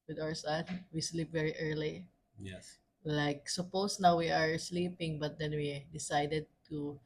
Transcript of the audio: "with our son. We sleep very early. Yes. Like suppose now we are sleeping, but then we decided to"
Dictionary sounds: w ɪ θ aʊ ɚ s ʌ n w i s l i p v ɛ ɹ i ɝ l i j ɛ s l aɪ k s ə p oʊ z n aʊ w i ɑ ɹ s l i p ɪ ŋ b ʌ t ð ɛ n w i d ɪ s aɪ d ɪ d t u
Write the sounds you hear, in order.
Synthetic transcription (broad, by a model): w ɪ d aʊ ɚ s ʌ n w i s l i p v ɛ ɹ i ɝ l i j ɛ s l aɪ k s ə p oʊ s n aʊ w i ɑ ɹ s l i p ɪ ŋ b ʌ t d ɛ n w i d ɪ s aɪ d ɪ d t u